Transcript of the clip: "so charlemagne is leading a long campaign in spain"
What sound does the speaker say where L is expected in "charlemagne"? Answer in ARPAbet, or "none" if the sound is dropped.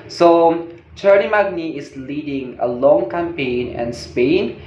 N